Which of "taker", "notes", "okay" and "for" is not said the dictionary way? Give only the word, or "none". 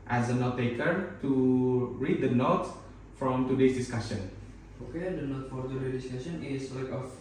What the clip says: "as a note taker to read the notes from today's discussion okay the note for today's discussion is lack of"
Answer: notes